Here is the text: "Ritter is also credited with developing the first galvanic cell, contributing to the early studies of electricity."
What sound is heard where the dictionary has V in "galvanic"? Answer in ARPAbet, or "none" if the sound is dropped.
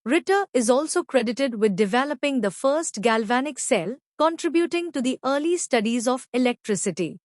V